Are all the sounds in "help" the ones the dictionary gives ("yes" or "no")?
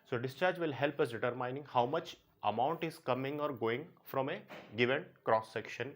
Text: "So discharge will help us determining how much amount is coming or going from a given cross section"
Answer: yes